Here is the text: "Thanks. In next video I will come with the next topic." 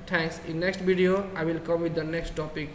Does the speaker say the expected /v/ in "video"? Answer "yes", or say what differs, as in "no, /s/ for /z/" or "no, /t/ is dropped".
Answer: no, /b/ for /v/